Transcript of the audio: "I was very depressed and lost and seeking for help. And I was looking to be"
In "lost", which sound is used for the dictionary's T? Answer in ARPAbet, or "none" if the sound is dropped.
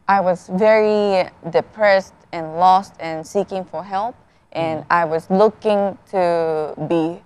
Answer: T